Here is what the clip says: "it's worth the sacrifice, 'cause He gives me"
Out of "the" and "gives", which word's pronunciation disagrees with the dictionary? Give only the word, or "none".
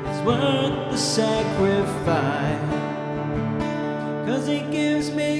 none